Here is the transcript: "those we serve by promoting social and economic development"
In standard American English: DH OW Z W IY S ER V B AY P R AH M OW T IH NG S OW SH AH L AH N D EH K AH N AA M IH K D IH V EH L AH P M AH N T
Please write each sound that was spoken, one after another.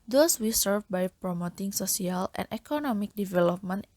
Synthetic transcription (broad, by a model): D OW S W IY S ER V B AY P R AH M OW T IH NG S OW S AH L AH N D EH K AH N AA M IH K D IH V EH L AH P M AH N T